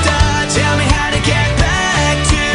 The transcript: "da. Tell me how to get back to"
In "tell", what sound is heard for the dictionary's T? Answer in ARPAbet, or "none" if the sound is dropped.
T